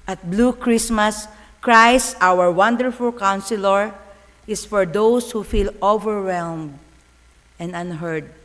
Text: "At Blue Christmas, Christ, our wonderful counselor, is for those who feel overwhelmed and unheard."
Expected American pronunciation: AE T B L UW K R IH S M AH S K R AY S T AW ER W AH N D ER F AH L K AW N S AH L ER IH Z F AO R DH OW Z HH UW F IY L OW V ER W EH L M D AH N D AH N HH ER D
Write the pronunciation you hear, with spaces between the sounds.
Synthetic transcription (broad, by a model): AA T B L UW K R IH S M AH S K R AY S T AW ER W AH N D ER F AH L K AW N S AH L ER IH S F AO R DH OW S HH UW F IY L OW V ER W EH L M D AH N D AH N HH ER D